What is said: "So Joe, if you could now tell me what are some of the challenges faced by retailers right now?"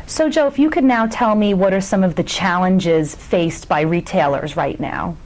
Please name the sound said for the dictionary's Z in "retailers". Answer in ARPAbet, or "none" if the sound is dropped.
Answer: Z